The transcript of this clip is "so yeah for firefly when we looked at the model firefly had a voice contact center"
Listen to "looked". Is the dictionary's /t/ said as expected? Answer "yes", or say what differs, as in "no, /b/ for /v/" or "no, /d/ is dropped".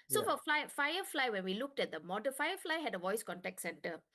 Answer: yes